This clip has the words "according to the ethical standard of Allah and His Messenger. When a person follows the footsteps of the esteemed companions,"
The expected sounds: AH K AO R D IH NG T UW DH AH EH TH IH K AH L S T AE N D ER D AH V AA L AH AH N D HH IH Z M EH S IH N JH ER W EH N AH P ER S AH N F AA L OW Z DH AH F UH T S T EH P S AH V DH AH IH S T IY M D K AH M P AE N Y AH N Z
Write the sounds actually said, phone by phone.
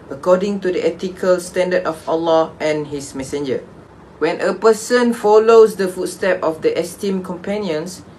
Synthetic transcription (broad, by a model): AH K AO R D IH NG T UW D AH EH T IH K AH L S T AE N D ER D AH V AA L AH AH N HH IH S M EH S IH N JH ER W EH N AH P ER S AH N F AA L OW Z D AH F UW T S T EH P AH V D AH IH S T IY M K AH M P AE N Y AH N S